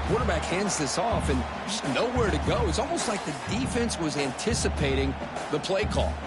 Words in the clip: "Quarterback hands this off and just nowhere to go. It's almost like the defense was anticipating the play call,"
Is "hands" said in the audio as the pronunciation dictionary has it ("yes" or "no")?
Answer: yes